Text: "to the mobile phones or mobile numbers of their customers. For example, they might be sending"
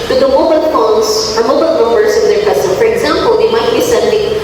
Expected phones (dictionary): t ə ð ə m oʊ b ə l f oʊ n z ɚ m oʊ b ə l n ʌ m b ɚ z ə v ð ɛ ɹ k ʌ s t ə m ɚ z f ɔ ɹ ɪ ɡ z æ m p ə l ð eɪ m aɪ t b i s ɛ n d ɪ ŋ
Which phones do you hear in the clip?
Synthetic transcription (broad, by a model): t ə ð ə m oʊ b ə l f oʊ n s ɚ m oʊ b ə l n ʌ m b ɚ s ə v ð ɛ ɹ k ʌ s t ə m f ɔ ɹ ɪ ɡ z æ m p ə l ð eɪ m aɪ t b i s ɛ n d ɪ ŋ